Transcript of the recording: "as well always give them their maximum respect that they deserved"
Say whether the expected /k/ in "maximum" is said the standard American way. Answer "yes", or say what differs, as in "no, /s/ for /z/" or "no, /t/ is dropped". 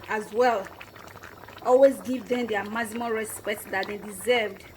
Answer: no, /k/ is dropped